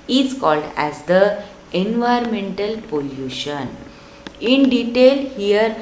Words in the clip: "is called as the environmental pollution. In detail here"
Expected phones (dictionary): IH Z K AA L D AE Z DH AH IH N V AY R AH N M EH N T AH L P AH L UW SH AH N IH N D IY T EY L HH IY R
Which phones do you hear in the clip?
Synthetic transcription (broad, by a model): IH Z K AA L D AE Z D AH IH N V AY AH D M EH N T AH L P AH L UW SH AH N IH N D IY T EY L HH IY R